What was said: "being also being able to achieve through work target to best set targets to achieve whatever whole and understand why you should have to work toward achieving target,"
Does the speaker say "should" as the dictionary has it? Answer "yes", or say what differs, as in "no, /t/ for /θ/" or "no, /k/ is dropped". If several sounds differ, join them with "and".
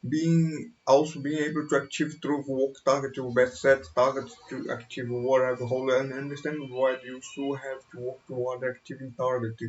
no, /s/ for /ʃ/